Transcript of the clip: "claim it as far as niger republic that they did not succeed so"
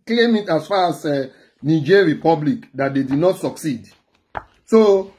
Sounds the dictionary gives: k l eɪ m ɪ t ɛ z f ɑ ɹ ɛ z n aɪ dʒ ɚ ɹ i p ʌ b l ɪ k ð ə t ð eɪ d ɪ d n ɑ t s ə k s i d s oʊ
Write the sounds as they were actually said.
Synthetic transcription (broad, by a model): k l eɪ m ɪ t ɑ s f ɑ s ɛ n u dʒ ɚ ɹ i p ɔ b l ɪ k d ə t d eɪ d ɪ d n ɑ t s ə k s i d s oʊ